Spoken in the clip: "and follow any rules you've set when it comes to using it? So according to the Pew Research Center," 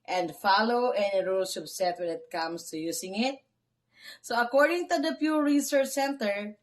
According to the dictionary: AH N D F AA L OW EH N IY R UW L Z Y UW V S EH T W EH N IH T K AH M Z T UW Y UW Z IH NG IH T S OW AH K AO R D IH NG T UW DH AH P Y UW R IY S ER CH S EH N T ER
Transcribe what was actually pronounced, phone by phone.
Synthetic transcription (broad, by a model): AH N D F AA L OW EH N IY R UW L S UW P S EH T W EH N IH T K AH M S T UW Y UW S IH NG IH T S OW AH K AO R D IH NG T UW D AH P Y UW R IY S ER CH S EH N T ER